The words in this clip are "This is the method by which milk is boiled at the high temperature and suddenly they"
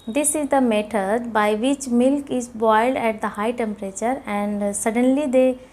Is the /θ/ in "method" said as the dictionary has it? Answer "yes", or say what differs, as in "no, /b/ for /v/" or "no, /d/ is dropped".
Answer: no, /t/ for /θ/